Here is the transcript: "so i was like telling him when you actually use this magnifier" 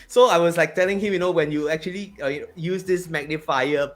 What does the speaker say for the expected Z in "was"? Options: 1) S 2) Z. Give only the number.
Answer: 1